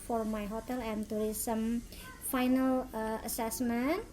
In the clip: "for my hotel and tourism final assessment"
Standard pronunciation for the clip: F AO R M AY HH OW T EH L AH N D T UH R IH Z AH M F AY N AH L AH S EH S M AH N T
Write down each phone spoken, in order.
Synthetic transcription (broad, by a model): F AO R M AY HH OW T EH L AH N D T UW R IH S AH M F AY N AH L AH S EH S M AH N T